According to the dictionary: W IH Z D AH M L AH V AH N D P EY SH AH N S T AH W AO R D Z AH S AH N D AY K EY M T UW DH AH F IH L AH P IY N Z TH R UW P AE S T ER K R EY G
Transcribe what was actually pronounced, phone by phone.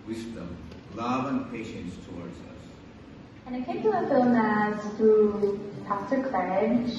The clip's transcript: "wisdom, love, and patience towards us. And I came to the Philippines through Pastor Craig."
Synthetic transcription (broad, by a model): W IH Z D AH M L AH V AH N P EY SH AH N S T AH W AO R D Z AH S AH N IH K EY M T UW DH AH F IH L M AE Z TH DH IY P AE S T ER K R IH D